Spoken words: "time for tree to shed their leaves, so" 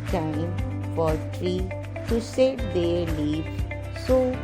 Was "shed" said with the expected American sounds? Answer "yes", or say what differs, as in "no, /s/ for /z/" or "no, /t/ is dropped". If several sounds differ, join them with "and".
no, /s/ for /ʃ/